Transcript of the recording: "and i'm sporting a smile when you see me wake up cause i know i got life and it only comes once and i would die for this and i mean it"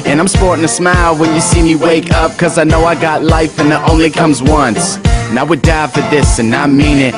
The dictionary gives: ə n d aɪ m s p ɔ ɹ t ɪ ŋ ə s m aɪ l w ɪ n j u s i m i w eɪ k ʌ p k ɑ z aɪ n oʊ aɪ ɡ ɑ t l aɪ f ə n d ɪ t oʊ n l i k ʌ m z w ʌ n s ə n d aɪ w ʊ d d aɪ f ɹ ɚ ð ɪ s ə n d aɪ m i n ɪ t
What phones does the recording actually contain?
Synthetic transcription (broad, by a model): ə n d aɪ m s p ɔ ɹ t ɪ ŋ ə s m aɪ l w ɪ n j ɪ s i m i w eɪ k ʌ p k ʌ z aɪ n oʊ aɪ ɡ ɑ t l aɪ f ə n ɪ t oʊ n l i k ʌ m z w ʌ n s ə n aɪ w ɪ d d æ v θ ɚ ð ɪ s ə n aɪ m i n ɪ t